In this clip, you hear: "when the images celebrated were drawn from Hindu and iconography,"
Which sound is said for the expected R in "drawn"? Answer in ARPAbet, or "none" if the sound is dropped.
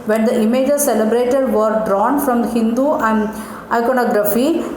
R